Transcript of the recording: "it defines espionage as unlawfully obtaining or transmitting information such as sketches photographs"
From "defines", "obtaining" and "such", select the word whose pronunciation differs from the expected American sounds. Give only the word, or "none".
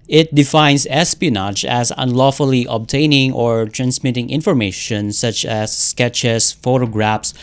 defines